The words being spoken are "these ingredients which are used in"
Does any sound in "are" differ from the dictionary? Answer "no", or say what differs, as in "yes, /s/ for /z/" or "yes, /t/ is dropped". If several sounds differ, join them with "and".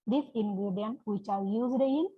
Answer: yes, /l/ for /ɹ/